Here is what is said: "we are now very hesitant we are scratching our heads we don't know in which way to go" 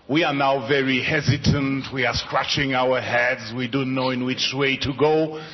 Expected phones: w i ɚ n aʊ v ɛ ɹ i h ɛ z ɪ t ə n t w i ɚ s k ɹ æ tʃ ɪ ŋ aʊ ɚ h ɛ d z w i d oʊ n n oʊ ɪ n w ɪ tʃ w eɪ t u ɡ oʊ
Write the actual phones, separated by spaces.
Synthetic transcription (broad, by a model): w i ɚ n aʊ v ɛ ɹ i h ɛ z ɪ t ə n t w i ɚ s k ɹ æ tʃ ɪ ŋ aʊ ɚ h ɛ d z w i d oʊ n n oʊ ɪ n w ɪ tʃ w eɪ t u ɡ oʊ